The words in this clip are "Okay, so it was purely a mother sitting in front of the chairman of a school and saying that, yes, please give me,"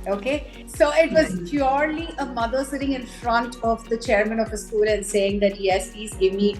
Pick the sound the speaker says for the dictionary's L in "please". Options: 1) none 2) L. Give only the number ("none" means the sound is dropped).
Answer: 1